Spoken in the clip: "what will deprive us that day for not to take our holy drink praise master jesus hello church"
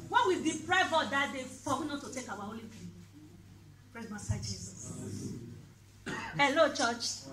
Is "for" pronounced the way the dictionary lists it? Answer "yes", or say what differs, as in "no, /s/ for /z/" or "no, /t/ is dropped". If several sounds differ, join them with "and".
no, /w/ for /ɹ/